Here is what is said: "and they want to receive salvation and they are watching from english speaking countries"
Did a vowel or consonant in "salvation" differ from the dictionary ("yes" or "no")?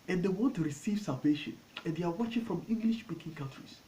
no